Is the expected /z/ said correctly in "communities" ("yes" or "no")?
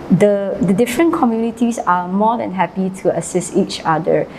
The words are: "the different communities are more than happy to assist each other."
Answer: no